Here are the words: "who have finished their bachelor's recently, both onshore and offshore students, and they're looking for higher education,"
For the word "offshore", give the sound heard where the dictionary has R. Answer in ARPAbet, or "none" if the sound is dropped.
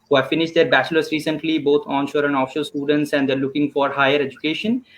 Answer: L